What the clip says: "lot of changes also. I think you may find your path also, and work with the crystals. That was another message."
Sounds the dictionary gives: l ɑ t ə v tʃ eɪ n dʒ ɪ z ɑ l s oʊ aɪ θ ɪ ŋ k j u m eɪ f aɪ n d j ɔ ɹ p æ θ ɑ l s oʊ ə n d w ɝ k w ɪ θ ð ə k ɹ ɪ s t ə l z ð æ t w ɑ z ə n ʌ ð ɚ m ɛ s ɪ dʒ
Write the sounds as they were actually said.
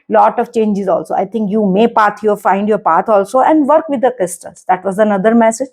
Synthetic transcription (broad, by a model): l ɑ t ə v tʃ eɪ n dʒ ɪ z ɑ l s oʊ aɪ t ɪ ŋ k j u m eɪ f aɪ n d j ɔ ɹ p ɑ t ɑ l s oʊ ə n d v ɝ k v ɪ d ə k ɪ s t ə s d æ t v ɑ z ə n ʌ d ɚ m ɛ s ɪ dʒ